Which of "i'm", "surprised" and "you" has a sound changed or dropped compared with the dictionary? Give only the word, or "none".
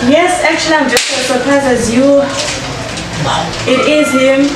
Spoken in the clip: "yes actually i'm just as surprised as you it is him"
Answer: surprised